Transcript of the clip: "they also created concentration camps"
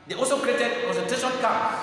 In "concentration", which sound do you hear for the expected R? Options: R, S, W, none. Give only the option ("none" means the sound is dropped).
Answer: none